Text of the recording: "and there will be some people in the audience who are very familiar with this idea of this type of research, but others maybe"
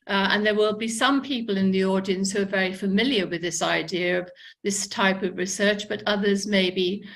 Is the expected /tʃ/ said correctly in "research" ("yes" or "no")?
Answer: yes